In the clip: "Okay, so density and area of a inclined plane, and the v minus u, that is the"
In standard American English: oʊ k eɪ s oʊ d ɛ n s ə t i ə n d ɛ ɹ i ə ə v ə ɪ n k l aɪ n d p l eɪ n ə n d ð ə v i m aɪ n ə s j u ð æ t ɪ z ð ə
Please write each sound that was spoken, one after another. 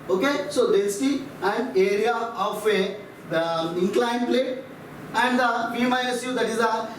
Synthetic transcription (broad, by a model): oʊ k eɪ s oʊ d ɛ s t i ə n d ɛ ɹ i ə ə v ə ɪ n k l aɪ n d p l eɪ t ə n d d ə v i m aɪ ə s j u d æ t ɪ z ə